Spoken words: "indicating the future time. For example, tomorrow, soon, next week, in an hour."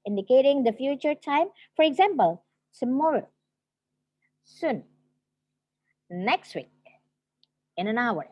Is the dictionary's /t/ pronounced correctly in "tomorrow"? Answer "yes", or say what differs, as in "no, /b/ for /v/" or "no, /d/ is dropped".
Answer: no, /s/ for /t/